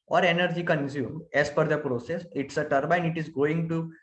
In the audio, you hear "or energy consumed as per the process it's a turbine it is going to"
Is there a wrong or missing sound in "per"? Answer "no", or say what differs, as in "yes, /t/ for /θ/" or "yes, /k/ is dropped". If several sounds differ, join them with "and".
yes, /f/ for /p/